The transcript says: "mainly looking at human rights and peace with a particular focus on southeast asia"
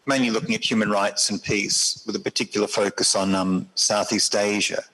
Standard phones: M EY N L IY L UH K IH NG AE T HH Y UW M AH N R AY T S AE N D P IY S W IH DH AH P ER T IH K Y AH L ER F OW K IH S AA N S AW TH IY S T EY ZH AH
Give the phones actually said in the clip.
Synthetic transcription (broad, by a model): M EY N L IY L UH K IH NG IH T HH Y UW M AH N R AY T S N P IY S W IH DH AH P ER T IH K Y L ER F OW K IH S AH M S AW TH IY S T EY ZH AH